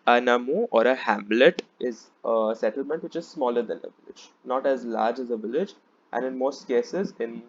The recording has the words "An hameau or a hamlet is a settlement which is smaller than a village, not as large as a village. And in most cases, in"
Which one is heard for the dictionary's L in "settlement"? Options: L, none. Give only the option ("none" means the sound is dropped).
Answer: L